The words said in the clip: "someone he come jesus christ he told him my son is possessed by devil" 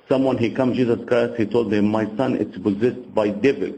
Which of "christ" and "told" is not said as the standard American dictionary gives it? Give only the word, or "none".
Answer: christ